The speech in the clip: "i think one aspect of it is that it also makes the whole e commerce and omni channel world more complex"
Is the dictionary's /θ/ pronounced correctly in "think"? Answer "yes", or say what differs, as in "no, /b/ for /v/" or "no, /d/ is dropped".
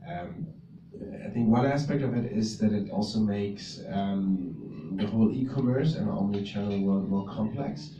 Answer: yes